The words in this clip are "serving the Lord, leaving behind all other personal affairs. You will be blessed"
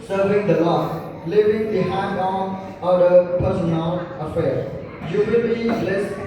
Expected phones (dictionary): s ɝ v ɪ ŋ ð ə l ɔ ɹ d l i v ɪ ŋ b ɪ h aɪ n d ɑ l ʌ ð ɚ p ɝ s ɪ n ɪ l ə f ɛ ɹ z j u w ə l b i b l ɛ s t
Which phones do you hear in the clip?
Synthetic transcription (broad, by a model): s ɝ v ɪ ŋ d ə l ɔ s l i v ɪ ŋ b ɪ h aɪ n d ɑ n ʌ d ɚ p ɝ s ɪ n ɪ l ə f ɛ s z j u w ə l b i l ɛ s